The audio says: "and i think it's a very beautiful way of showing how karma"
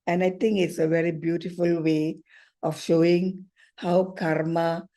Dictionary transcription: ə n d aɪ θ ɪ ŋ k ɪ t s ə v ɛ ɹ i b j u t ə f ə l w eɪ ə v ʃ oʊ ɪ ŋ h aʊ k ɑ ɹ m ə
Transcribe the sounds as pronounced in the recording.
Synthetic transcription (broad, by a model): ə n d aɪ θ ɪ ŋ k ɪ t s ə v ɛ ɹ i b j u t ə f ə l w eɪ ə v ʃ oʊ ɪ ŋ h aʊ k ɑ ɹ m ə